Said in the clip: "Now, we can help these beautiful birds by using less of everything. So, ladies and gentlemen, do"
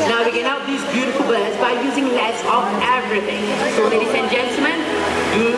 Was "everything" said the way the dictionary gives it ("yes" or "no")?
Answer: no